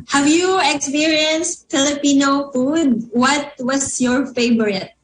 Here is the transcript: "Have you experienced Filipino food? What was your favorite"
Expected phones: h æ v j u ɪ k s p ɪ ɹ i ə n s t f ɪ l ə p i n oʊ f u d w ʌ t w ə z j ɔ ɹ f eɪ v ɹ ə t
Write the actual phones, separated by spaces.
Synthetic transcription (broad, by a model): h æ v j u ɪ k s p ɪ ɹ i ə n s t f ɪ l ə p i n oʊ f u d w ʌ t w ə s j ɔ ɹ f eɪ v ɹ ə t